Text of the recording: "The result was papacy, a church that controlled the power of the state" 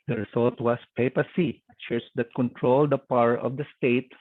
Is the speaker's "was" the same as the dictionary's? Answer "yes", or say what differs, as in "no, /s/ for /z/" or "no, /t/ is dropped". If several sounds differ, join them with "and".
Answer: no, /s/ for /z/